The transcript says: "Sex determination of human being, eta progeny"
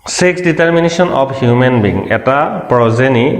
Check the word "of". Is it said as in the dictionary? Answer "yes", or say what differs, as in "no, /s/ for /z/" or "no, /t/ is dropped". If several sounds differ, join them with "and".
no, /p/ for /v/